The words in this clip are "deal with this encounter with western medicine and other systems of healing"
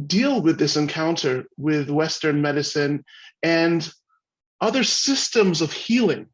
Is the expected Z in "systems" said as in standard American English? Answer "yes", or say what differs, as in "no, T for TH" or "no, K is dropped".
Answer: yes